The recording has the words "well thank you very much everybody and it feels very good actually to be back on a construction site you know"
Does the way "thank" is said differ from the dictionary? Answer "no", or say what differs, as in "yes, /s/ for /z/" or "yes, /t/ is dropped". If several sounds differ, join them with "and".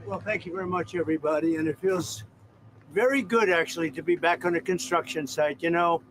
no